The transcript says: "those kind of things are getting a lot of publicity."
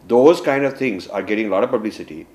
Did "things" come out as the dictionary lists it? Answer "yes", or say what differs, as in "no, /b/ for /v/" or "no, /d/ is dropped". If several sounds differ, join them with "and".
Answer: no, /t/ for /θ/